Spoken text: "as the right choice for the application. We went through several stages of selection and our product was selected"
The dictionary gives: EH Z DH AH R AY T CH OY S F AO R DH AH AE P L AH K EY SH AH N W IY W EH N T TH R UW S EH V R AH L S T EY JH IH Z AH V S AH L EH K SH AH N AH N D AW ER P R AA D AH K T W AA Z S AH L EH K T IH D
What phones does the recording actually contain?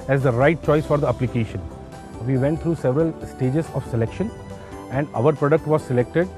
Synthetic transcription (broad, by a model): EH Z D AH R AY T CH OY S F AO R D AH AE P L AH K EY SH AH N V IY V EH N T T R UW S EH V R AH L S T EY JH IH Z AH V S AH L EH K SH AH N AH N D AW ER P R AA D AH K T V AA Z S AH L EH K T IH D